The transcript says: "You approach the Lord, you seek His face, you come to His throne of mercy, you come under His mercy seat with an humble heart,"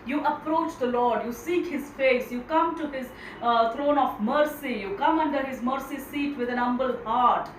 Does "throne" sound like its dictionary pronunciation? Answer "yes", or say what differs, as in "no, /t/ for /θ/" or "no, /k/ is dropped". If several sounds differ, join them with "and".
no, /t/ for /θ/